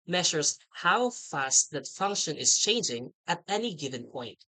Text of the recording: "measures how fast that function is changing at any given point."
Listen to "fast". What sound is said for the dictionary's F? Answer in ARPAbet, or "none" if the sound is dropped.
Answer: F